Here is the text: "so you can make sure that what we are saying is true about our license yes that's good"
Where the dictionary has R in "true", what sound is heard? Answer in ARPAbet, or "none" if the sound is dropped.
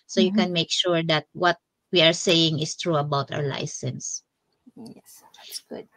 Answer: R